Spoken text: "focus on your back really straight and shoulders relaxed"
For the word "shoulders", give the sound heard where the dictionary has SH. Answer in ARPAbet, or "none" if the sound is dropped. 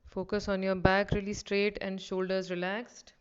SH